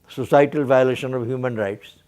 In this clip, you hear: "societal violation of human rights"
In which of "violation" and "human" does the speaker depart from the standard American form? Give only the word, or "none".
none